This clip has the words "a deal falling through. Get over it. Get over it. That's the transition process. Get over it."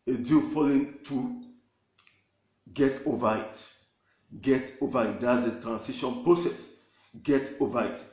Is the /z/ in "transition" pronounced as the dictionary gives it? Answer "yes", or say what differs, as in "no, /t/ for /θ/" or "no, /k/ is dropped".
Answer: no, /s/ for /z/